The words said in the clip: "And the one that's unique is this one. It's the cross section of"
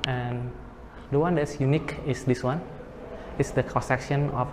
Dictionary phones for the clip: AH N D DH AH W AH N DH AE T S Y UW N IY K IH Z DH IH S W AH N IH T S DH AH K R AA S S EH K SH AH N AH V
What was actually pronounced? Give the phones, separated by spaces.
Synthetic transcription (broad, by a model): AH N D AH W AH N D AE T S Y UW N IY K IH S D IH S W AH N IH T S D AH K AA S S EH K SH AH N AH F